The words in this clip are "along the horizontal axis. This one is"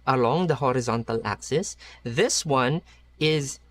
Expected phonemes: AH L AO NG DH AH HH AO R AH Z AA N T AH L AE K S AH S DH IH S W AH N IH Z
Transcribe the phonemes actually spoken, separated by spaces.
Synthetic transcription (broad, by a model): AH L AO NG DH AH HH AO R AH Z AA N T AH L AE K S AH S DH IH S W AH N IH Z